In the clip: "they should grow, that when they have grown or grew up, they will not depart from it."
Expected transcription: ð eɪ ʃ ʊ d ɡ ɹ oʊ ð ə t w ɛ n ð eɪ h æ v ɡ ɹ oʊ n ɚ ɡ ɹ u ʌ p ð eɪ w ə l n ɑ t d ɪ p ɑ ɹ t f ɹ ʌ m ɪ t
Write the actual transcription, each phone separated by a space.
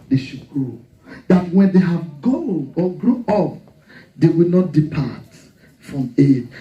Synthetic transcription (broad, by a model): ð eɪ ʃ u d ɡ ɹ oʊ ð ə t w ɛ n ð eɪ h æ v ɡ oʊ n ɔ ɡ ɹ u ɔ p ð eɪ w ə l n ɑ t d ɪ p ɑ t f ɹ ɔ m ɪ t